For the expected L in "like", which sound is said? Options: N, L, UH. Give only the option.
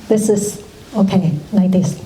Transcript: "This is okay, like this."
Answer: N